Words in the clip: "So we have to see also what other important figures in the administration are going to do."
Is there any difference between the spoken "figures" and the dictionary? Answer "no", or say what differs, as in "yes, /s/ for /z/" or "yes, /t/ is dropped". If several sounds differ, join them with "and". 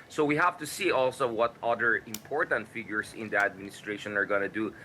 yes, /s/ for /z/